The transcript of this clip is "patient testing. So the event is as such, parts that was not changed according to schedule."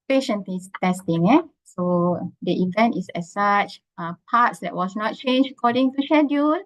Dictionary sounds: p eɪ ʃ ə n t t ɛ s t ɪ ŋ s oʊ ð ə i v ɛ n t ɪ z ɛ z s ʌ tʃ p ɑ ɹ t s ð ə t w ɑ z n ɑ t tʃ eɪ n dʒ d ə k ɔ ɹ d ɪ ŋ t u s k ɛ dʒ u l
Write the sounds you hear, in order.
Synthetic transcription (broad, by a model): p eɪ ʃ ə n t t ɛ s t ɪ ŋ s oʊ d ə i v ɛ n t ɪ s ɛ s s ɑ tʃ p ɑ t s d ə t w ɑ s n ɑ t tʃ eɪ n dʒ ə k ɔ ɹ d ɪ ŋ t u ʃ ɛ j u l